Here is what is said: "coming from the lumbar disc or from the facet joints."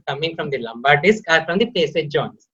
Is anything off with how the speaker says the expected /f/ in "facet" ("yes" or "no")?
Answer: yes